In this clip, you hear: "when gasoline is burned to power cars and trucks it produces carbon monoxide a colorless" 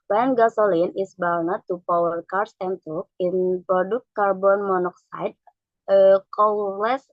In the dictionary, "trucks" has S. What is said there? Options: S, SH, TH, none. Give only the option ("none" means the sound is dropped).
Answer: none